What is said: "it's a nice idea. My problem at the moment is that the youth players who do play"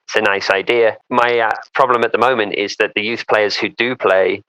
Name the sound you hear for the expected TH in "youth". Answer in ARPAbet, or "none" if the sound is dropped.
TH